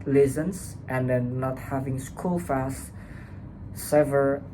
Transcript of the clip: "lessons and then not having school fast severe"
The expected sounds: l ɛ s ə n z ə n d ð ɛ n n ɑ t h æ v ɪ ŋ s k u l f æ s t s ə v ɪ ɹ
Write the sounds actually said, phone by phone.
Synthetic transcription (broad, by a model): l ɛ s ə n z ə n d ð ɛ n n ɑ t h æ v ɪ ŋ s k u l f æ s t s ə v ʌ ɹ